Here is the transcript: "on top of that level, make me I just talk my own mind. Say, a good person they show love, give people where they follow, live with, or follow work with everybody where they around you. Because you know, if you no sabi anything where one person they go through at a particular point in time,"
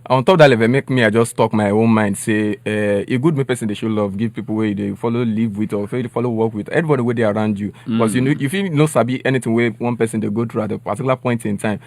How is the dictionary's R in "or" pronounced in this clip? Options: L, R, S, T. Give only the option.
L